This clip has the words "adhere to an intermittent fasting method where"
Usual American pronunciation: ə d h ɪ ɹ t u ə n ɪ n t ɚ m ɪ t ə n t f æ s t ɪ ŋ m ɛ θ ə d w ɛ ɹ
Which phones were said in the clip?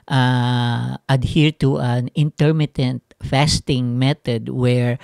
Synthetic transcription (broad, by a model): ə d h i ɹ t u ə n ɪ n t ɚ m ɪ t ə n t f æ s t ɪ ŋ m ɛ t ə d w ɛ ɹ